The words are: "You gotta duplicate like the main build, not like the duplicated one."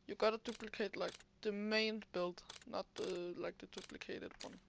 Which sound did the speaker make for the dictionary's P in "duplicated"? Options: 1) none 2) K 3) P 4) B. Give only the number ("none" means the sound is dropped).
3